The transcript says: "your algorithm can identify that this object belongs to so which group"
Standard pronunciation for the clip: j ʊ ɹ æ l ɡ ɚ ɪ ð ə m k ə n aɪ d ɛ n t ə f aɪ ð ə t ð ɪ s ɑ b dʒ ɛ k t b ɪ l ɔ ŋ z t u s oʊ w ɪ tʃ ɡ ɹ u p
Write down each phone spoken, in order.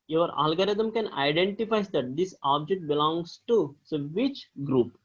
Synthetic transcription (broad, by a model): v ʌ ɹ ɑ l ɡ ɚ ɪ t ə m k ə n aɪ d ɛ n t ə f aɪ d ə t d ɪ s ɑ b dʒ ɛ k t b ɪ l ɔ ŋ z t u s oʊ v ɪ tʃ ɡ ɹ u p